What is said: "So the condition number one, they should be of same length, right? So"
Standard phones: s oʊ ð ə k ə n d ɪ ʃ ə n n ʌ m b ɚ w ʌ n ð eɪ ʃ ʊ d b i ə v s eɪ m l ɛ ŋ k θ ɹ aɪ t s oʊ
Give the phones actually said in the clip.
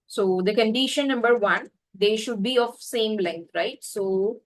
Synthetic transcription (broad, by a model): s oʊ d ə k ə n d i ʃ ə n n ʌ m b ɚ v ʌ n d eɪ ʃ ʊ d b i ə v s eɪ m l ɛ ŋ k t ɹ aɪ t s oʊ